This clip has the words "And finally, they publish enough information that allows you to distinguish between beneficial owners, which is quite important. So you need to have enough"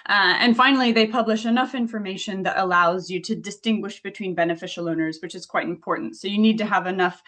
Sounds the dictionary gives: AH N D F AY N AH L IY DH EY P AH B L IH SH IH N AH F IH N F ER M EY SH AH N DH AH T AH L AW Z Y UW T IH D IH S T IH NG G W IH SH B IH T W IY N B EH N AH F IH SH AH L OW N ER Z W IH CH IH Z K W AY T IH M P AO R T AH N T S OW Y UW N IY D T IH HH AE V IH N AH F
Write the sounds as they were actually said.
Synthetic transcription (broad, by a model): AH N F AY N L IY DH EY P AH B L IH SH IH N AH F IH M F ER M EY SH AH N DH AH T AH L AW Z Y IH T IH D IH S T IH NG G W IH SH B IH T W IY N B EH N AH F IH SH L OW N ER Z W IH CH IH Z K W AY T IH M P AO R T N T S OW Y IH N IY D T IH V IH N AH F